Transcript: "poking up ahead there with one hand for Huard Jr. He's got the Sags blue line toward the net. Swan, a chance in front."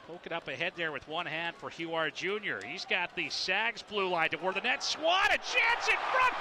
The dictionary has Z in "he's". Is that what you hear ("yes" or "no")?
yes